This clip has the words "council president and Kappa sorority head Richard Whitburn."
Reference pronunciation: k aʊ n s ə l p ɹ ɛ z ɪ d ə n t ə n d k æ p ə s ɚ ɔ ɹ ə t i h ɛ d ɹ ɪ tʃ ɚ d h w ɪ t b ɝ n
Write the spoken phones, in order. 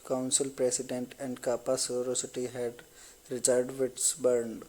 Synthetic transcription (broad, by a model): k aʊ n s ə l p ɹ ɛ s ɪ d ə n t ə n d k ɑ p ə s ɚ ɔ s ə t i h ɛ d ɹ ɪ tʃ ɚ d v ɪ t b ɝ n